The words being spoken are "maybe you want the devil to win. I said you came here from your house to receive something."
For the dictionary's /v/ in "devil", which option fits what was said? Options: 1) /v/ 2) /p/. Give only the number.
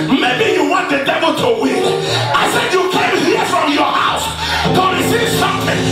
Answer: 1